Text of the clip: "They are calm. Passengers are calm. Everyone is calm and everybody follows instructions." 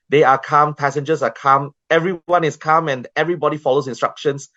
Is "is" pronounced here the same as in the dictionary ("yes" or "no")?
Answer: no